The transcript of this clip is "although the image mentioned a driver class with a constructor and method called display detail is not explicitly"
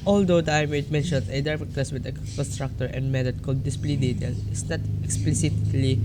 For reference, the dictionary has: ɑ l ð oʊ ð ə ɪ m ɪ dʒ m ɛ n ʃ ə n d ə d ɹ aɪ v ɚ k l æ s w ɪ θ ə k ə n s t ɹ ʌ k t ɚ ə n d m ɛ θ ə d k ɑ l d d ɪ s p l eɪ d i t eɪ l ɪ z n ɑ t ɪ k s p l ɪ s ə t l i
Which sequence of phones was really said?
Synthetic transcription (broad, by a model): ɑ l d oʊ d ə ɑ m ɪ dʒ m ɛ n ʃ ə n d ə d aɪ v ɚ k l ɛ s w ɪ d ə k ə n s t ɹ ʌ k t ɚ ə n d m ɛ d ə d k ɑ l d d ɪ s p l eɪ d i t eɪ l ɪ s n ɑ t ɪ k s p l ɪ s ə t l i